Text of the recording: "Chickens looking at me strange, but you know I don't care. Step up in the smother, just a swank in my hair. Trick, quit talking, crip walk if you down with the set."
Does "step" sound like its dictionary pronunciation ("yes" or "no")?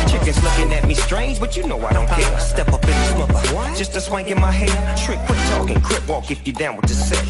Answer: yes